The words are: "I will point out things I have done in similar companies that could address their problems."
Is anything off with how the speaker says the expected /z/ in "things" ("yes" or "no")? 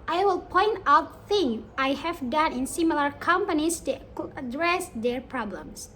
yes